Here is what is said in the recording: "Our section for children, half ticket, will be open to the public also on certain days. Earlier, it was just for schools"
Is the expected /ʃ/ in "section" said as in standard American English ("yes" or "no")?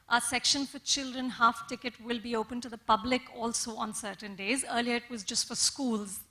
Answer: yes